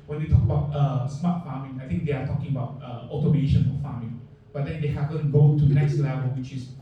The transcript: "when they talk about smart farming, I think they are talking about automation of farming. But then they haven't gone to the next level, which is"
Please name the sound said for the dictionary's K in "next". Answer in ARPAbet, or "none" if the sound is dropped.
none